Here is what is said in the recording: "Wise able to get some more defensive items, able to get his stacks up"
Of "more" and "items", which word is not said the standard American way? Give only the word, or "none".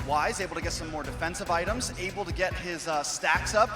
none